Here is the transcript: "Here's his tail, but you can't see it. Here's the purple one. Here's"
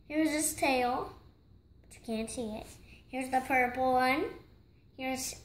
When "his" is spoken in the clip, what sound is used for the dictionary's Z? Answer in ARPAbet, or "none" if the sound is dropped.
S